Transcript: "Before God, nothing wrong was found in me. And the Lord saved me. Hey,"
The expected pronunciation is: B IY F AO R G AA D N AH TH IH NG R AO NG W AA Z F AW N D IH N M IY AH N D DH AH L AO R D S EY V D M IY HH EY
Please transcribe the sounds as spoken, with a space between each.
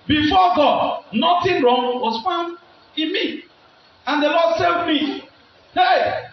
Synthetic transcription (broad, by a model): B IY F AO G AA D N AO T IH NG R AO NG W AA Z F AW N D IH N M IY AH N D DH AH L AO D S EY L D M IY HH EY